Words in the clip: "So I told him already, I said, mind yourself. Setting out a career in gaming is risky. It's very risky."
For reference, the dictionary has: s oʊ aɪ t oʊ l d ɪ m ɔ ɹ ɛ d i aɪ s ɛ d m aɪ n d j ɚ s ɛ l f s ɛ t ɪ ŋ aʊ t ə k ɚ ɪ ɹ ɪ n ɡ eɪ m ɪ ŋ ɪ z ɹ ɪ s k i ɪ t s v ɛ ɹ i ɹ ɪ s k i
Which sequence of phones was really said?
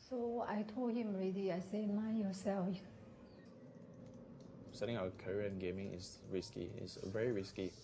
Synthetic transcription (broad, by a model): s oʊ aɪ t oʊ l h ɪ m ɹ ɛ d i aɪ s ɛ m aɪ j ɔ s ɛ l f s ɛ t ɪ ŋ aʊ ə k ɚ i ɪ n ɡ eɪ m ɪ ŋ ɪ s ɹ ɪ s k i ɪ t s v ɛ ɹ i ɹ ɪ s k i